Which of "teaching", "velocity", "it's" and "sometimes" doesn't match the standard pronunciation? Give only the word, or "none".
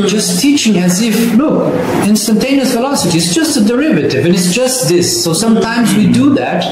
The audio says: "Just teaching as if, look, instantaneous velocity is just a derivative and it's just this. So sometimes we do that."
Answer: velocity